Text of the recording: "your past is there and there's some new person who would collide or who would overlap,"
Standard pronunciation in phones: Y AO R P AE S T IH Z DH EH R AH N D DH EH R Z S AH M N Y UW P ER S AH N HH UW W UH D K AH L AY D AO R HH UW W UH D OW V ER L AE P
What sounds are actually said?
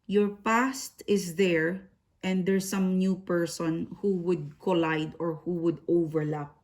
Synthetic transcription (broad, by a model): Y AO R P AE S T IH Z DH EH R AH N D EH R S AH M N Y UW P ER S AH N HH UW W UH D K AH L AY D AO R HH UW W UH D OW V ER L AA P